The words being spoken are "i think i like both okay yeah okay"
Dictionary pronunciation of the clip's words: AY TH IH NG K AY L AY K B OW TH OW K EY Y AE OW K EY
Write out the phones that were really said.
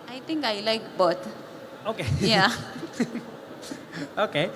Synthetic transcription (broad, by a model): AY T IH NG K AY L AY K B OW T OW K EY Y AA OW K EY